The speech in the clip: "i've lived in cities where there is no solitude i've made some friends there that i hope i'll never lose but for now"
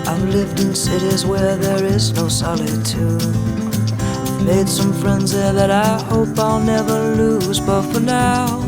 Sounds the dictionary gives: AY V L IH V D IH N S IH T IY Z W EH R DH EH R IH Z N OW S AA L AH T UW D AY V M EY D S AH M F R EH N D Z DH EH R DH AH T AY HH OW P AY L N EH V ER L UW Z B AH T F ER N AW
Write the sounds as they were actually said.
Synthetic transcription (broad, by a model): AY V L IH V D IH N S IH T IY Z W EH R DH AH R IH Z N OW S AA L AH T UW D M EY D S AH M F R EH N D Z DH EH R DH AH T AY HH OW P AY L N EH V ER L UW Z B AH T F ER N AW